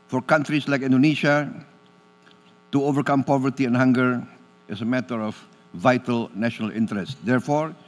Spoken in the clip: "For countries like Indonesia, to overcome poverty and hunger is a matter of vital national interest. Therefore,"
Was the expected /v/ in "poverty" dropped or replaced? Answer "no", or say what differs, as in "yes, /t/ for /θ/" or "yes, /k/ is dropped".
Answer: no